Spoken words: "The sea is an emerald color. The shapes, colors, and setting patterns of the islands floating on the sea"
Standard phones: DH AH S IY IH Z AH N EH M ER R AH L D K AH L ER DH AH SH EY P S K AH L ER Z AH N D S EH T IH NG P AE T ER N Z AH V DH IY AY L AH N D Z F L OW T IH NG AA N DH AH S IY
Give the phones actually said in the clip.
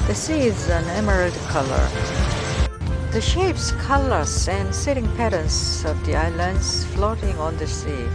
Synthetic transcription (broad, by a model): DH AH S IY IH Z AH N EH M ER R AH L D K AH L ER DH AH SH EY P S K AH L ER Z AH N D S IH T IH NG P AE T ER N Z AH V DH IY AY L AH N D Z F L OW T IH NG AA N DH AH S IY